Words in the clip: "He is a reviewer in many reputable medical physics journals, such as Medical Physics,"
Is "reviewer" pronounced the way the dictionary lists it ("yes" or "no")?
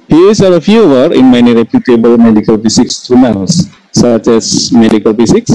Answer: no